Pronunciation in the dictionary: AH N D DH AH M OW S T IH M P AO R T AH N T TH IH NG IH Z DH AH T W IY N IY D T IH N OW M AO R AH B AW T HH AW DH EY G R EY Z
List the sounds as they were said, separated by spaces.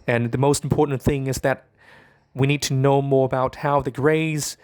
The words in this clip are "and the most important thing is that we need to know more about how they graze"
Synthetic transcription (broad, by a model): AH N DH AH M OW S T M P AO R T N TH IH NG IH Z DH AH T W IY N IY D T IH N OW M AO R AH B AW T HH AW DH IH G R EY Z